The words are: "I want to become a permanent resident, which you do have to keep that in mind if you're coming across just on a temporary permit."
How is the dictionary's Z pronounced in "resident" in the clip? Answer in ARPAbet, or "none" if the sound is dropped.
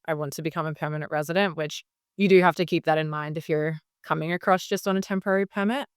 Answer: Z